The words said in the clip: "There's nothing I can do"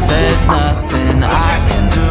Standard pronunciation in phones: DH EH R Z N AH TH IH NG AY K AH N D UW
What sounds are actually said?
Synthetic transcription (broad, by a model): DH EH R Z N AH TH IH NG AY K AH N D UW